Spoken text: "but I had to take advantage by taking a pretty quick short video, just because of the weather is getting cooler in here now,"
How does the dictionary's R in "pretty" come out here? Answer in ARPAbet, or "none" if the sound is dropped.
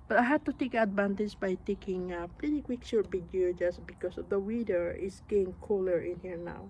L